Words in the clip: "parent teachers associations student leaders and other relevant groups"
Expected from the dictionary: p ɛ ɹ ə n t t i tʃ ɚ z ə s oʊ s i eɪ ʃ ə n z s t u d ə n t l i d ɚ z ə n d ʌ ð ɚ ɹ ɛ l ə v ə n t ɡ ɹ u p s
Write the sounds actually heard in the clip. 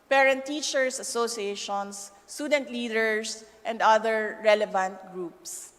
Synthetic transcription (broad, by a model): p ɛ ɹ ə n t t i tʃ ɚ s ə s oʊ s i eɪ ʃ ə n s t u d ə n t l i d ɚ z ə n d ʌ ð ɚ ɹ ɛ l ə v ə n t ɡ ɹ u p s